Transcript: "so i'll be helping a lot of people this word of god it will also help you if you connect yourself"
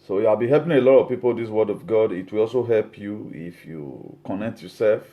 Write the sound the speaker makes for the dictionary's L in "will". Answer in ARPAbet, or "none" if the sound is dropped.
L